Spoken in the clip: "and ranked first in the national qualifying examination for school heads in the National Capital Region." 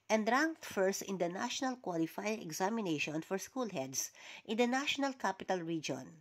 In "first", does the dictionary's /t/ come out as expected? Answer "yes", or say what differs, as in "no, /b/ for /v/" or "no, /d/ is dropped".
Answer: yes